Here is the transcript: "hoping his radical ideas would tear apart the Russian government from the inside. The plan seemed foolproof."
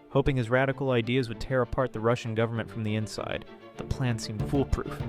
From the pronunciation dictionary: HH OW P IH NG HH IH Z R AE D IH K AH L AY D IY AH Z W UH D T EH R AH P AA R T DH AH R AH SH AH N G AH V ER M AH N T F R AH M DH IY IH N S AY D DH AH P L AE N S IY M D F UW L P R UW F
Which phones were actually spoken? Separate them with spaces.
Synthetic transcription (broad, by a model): HH OW P IH NG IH Z R AE D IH K L AY D IY AH Z W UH D T EH R AH P AA R T DH AH R AH SH N G AH V ER M AH N T F R AH M DH IY IH N S AY D DH AH P L AE N S IY M D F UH L P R UW F